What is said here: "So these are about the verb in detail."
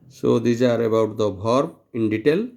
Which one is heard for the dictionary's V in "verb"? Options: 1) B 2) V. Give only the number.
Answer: 1